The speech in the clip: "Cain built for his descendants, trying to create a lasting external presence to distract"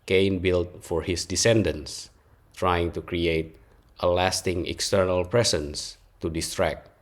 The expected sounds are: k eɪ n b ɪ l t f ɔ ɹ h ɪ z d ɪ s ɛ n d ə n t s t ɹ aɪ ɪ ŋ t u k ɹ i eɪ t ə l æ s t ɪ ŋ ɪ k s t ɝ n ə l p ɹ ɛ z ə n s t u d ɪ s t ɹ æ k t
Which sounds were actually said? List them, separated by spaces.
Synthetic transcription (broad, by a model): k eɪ n b ɪ l t f ɔ ɹ h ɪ s d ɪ s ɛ n d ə n s t ɹ aɪ ɪ ŋ t u k ɹ i eɪ t ə l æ s t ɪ ŋ ɪ k s t ɝ n ə l p ɹ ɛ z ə n s t u d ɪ s t ɹ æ k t